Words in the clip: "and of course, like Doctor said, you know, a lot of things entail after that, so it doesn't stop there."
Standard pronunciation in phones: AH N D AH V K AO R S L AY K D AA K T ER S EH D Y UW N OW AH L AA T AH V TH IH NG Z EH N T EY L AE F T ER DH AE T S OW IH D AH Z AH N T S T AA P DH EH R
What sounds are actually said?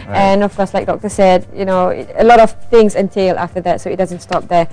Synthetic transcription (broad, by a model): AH N AH V K AO R S L AY K D AA K T ER S EH D Y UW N OW AH L AA T AH V TH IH NG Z EH N T EY L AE F T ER DH AE T S OW IH D AH Z AH N T S T AA P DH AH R